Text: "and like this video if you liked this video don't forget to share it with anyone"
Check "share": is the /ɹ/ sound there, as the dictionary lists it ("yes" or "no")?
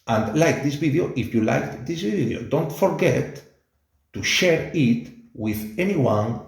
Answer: yes